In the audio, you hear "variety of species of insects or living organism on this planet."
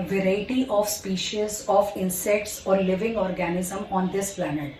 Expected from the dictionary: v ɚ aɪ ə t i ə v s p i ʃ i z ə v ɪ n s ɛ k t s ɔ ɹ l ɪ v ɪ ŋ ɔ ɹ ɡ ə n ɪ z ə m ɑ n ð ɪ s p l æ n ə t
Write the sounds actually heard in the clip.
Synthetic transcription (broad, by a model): v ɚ aɪ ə t i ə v s p i ʃ i z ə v ɪ n s ɛ k t s ɔ ɹ l ɪ v ɪ ŋ ɔ ɹ ɡ ə n ɪ z ə m ɑ n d ɪ s p l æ n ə t